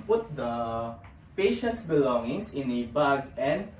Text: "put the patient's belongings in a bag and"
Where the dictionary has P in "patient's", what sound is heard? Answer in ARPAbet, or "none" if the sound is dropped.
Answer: P